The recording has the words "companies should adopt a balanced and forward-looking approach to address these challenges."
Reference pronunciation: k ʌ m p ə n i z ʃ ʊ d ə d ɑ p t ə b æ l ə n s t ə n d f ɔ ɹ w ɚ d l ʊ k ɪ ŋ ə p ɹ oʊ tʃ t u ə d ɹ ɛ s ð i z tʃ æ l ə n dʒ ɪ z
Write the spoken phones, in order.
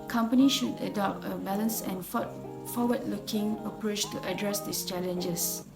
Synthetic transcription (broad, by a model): k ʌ m p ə n i ʃ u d ə d ɑ p t ə b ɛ l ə n s ə n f f ɔ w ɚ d l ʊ k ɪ ŋ ə p ɹ oʊ tʃ t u ə d ɹ ɛ s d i s tʃ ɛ l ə n dʒ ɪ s